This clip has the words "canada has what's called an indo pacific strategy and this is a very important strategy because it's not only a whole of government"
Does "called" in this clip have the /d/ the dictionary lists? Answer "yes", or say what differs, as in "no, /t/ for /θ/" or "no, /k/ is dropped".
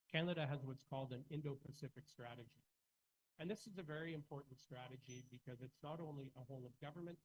yes